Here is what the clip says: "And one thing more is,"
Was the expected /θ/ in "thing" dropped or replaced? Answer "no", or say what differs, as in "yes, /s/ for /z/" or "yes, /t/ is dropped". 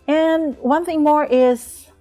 no